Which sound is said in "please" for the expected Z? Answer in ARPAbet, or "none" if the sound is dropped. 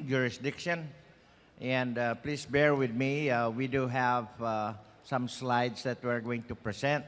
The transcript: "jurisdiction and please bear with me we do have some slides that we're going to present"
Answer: S